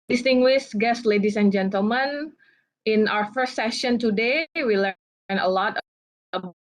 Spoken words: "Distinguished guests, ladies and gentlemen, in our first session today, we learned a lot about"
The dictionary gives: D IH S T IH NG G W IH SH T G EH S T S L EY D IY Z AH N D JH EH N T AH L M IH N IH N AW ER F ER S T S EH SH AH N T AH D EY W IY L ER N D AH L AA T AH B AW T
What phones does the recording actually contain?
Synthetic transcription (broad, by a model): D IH S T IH NG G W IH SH G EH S S L EY D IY S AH N JH EH N T AH L M IH N IH N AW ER F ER S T S EH SH AH N T AH D EY W IY L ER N AH L AA T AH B